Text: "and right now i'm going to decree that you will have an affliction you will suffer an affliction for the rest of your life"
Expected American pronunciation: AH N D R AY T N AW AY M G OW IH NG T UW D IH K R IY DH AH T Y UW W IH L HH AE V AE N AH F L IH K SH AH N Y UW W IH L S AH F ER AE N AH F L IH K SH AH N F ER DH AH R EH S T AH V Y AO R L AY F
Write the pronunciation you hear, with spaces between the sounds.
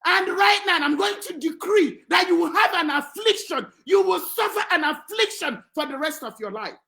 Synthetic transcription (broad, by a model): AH N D R AY T N AW AY M G OW IH NG T UW D IH K R IY DH AH T Y UW W IH L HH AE V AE N AH F L IH K SH AH N Y UW W IH L S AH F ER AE N AH F L IH K SH AH N F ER DH AH R EH S T AH V Y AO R L AY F